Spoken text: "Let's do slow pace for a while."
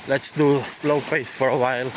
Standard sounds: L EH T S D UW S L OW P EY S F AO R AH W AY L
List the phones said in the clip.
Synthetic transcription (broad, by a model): L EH T S D UW S L OW F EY S F AO R AH W AY L